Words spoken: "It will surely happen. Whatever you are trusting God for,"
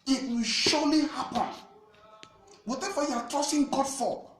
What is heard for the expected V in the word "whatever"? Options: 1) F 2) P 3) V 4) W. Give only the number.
1